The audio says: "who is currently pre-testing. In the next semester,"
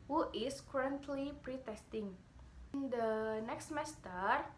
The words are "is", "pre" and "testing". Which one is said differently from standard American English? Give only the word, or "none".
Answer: is